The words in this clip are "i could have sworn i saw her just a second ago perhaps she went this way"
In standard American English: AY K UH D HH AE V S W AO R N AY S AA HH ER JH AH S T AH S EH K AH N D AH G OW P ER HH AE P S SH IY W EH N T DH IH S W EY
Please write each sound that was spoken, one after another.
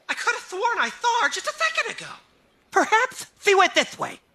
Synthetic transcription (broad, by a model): AY K UH D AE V TH W AO R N AY TH AA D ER JH AH S T AH S EH K AH N D AH G OW P ER HH AE P S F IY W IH T DH IH S W EY